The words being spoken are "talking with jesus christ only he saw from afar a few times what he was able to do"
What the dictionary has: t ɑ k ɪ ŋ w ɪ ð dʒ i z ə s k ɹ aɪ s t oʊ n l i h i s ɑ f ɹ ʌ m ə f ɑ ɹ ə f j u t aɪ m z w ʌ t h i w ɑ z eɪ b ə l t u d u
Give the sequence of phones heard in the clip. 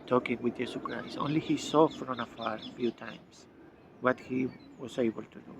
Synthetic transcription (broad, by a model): t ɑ k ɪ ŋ w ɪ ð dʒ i s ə k ɹ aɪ s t oʊ n l i h i s ɑ f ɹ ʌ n ə f ɑ ɹ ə f j u t aɪ m s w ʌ t h i w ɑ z eɪ b ə l t u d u